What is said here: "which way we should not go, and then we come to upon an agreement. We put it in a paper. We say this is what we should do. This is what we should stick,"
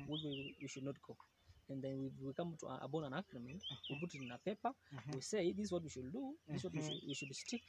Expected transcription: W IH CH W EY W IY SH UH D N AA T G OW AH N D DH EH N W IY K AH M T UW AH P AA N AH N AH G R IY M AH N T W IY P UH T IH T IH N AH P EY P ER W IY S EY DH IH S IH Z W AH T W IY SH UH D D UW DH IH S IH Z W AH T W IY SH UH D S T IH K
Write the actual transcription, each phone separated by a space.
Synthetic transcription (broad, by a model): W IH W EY W IY SH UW D N AA T G OW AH N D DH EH N W IY K AH M T UW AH B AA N AH N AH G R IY M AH N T W IY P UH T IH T IH N AH P EY P ER W IY S EY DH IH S W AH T W IY SH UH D D UW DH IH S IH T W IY W IY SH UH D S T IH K